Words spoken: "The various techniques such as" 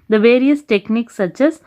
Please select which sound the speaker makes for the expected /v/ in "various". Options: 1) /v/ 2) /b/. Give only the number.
1